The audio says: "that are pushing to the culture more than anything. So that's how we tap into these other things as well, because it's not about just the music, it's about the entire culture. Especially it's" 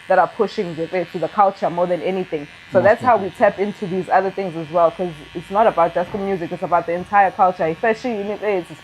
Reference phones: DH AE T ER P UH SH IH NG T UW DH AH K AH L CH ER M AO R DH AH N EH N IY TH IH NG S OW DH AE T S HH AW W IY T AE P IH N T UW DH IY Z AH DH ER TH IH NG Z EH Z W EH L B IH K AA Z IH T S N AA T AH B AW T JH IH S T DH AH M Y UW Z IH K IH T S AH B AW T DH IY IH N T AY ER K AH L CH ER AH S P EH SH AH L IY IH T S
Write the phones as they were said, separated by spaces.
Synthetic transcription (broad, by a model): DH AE T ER P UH SH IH NG T UW DH AH K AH L CH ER M AO R DH AH N EH N IY TH IH NG S OW DH AE T S HH AW W IY T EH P IH N T UW DH IY Z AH DH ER TH IH NG Z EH Z W EH L K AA Z IH T S N AA T AH B AW T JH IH S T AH M Y UW Z IH K IH T S AH B AW T DH IY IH N T AY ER K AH L CH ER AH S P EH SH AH N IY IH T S